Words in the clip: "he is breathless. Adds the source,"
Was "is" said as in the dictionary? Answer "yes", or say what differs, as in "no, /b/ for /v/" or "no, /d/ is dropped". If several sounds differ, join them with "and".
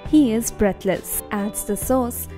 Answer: yes